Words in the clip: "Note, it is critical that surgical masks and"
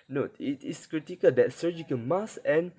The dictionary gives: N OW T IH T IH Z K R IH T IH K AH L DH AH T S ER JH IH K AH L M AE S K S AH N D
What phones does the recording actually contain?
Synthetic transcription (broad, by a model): N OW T IH T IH S K R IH T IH K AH L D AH T S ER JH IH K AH N M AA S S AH N